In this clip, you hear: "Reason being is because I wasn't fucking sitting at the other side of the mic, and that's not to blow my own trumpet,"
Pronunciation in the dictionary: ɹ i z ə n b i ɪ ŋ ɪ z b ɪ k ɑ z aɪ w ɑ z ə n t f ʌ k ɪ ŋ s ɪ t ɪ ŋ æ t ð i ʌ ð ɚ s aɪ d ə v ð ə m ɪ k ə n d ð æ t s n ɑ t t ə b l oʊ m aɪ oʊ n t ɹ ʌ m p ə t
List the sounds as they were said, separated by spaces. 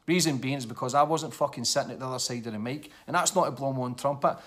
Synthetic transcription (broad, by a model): ɹ i z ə n b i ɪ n ɪ z b ɪ k ɑ z aɪ w ɑ z ə n t f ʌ k ɪ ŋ s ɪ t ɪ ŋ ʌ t ð i ʌ ð ɚ s aɪ d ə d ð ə m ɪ k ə n ð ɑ t s n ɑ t t ə b l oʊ m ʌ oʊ n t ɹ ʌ m p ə t